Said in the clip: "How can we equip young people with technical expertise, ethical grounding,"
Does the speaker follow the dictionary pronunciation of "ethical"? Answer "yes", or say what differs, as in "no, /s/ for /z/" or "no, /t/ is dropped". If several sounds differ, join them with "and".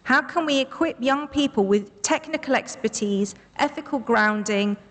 yes